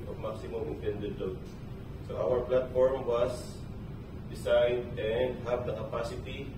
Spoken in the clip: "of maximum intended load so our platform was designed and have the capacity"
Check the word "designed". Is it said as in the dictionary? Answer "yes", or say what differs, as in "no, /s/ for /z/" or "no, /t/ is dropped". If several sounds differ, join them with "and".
no, /s/ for /z/ and /n/ is dropped